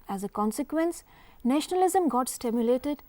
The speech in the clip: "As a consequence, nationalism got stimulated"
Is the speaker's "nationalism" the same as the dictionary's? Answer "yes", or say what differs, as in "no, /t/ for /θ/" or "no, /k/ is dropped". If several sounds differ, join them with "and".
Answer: yes